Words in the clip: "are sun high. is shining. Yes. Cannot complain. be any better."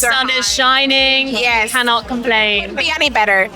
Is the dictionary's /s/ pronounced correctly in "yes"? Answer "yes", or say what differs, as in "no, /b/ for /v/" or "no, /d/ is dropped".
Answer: no, /s/ is dropped